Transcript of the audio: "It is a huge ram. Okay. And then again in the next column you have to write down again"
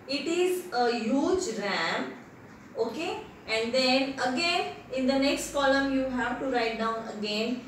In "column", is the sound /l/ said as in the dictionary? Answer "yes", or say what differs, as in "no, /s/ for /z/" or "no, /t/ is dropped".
yes